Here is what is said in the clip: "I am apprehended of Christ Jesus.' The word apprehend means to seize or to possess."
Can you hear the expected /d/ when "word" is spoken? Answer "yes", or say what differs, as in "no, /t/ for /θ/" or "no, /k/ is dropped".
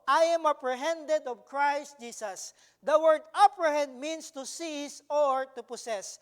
yes